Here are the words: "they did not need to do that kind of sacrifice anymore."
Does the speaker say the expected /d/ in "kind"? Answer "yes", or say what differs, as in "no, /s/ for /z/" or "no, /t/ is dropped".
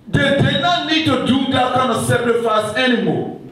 no, /d/ is dropped